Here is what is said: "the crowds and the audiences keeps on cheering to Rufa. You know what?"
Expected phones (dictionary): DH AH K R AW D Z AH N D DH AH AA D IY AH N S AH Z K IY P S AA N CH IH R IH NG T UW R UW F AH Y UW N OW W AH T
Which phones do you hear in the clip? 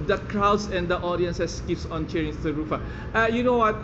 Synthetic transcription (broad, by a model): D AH K R AW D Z AH N D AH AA D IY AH N S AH S K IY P S AA N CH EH R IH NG S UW R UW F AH Y UW N OW W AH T